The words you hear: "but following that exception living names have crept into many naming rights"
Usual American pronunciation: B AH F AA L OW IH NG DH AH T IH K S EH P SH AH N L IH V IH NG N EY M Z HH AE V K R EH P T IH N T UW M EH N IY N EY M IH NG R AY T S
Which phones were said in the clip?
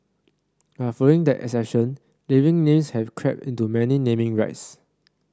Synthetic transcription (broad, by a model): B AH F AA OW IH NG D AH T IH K S EH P SH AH N L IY V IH NG N EY M S HH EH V K R EH P T IH N T UW M EH N IY N EY M IH NG R AY T S